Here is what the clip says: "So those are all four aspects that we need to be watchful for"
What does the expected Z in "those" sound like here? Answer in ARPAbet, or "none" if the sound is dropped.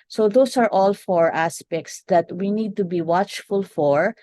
S